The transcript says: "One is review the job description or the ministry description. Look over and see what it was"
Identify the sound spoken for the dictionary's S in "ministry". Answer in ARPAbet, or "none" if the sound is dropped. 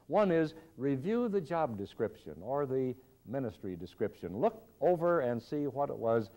S